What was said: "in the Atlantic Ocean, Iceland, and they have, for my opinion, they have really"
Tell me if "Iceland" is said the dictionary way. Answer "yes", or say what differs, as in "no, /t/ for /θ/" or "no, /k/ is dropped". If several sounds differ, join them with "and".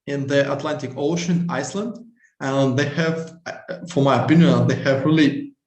yes